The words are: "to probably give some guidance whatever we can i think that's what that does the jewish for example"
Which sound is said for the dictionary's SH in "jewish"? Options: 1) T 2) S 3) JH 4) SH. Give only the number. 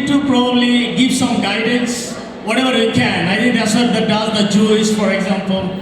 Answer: 2